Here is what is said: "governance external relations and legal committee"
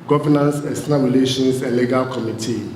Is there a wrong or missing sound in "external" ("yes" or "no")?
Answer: yes